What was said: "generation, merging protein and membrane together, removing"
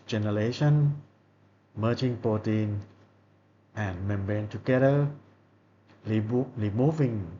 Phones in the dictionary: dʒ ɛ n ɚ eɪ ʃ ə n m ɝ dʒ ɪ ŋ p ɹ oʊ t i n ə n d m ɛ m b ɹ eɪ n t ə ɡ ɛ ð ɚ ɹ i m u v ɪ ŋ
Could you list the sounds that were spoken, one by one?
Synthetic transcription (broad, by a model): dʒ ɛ n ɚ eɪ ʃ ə n m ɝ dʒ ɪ ŋ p oʊ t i n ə n m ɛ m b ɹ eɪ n t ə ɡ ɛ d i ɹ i m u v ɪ ŋ